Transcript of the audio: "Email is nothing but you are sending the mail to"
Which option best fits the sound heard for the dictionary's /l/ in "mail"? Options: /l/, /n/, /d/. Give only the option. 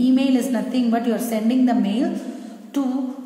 /l/